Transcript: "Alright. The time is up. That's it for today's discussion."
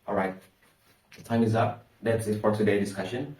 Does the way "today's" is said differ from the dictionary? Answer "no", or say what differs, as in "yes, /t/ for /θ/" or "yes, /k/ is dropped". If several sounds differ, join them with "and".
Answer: yes, /z/ is dropped